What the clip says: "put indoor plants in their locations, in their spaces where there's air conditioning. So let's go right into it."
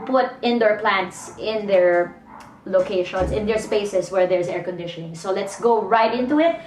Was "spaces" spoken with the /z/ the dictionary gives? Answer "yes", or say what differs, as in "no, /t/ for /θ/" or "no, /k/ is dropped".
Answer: no, /s/ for /z/